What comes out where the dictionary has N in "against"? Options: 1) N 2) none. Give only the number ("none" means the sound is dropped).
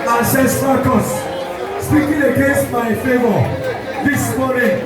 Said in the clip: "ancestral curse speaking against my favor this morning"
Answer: 2